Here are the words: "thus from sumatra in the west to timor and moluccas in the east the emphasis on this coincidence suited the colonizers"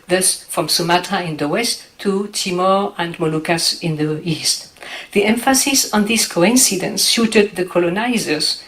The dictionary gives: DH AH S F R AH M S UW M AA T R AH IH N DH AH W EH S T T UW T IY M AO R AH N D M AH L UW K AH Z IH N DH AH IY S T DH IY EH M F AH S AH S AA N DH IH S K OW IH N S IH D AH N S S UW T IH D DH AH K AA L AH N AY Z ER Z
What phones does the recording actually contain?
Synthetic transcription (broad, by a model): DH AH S F R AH M S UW M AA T AH IH N DH AH W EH S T T UW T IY M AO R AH N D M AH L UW K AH S IH N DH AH IY S T DH IY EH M F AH S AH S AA N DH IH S K OW IH N S IH D AH N S SH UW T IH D DH AH K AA L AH N AY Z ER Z